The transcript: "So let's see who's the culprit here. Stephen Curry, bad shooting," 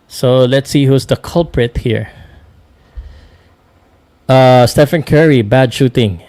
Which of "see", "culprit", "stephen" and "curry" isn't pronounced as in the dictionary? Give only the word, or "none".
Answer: stephen